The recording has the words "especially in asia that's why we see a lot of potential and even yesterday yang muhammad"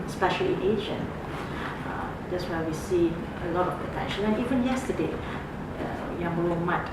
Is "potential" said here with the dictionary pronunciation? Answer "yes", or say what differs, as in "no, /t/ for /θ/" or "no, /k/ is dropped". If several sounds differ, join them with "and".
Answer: no, /n/ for /l/